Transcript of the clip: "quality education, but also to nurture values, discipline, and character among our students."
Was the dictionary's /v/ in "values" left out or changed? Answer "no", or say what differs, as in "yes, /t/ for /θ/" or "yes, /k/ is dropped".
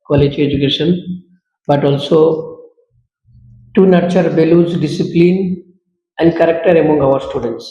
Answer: yes, /b/ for /v/